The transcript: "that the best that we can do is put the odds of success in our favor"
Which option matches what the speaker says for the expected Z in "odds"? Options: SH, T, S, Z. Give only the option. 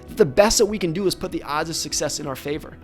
Z